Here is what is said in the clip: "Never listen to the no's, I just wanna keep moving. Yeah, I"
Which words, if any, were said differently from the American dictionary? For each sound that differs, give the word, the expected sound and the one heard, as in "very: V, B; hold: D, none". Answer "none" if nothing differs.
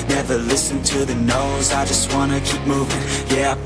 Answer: none